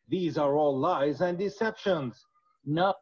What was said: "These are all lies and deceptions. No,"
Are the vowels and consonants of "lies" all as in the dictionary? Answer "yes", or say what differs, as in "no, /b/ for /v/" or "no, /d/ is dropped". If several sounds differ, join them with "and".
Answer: yes